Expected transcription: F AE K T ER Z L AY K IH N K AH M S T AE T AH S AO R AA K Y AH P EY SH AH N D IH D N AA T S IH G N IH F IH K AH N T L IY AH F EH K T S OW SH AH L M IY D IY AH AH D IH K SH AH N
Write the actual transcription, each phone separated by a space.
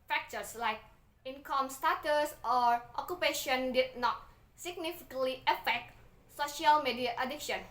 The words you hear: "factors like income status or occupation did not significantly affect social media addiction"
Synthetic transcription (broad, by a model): F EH K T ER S L AY K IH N K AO M S T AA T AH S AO R AA K Y AH P EY SH AH N D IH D N AA T S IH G N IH F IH K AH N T L IY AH F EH K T S OW SH AH L M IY D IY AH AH D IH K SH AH N